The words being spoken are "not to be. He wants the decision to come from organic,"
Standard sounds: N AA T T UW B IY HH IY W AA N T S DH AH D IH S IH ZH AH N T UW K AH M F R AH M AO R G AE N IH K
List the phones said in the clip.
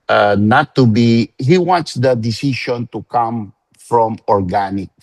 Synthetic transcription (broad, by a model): N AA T T UW B IY HH IY W AA N T S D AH D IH S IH SH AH N T UW K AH M F R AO M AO R G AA N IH K